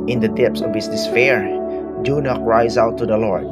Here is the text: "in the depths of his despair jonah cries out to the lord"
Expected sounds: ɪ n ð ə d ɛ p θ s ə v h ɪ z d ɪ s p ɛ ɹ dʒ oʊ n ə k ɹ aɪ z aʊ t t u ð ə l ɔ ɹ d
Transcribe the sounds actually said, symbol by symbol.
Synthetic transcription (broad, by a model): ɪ n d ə d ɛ p s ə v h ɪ s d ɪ s f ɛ ɹ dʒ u n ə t ɹ aɪ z aʊ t t u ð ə l ɔ ɹ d